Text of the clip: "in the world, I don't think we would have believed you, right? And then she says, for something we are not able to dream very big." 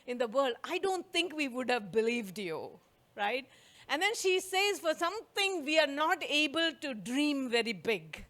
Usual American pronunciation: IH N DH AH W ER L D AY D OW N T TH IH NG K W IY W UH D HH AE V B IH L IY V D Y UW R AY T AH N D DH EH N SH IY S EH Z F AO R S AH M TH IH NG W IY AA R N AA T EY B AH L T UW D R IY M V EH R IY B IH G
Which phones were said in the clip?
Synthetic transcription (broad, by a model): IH N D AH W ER L D AY D OW N T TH IH NG K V IY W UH D HH AE V B IH L IY V D Y UW R AY T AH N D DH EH N SH IY S EH Z F AO R S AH M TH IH NG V IY AA R N AA T EY B AH L T UW D R IY M V EH R IY B IH G